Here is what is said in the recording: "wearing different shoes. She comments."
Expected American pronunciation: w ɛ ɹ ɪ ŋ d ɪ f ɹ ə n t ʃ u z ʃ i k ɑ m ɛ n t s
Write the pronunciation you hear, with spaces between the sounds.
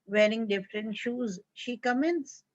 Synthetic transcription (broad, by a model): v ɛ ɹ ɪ ŋ d ɪ f ɹ ə n t ʃ u z ʃ i k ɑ m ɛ n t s